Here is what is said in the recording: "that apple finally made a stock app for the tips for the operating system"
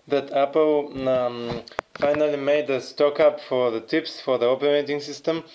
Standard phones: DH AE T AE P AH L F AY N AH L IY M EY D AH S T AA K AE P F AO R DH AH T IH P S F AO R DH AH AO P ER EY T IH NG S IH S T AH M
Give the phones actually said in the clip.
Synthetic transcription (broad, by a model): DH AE T AE P AH L F AY N AH L IY M EY D AH S T AA K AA P F AO R DH AH T IH P S F AO R DH AH AO P ER EY T IH NG S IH S T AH M